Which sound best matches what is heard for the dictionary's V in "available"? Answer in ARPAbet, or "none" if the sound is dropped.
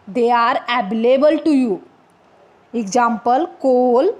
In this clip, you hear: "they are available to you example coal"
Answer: B